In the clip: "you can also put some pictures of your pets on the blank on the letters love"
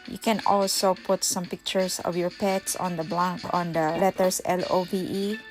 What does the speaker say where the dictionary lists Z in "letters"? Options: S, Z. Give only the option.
S